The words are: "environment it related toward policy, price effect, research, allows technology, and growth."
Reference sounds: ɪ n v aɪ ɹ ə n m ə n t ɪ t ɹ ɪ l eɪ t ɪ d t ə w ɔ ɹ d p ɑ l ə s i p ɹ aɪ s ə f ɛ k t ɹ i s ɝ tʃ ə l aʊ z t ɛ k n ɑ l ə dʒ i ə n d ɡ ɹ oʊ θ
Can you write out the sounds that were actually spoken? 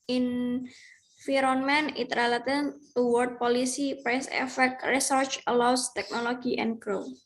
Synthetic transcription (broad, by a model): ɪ n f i ɹ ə n m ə n ɪ t ɹ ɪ l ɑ t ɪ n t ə w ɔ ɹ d p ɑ l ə s i p ɹ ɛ s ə f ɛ k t ɹ i s ɝ tʃ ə l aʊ s t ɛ k n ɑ l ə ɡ i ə n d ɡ ɹ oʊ